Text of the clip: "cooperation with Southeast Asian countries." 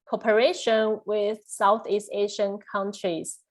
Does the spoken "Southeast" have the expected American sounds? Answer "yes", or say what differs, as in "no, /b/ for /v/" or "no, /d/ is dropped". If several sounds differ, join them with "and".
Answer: yes